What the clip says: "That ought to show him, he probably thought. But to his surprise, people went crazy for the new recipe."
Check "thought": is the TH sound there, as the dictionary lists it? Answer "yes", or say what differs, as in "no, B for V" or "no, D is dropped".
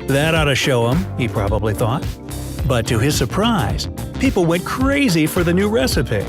yes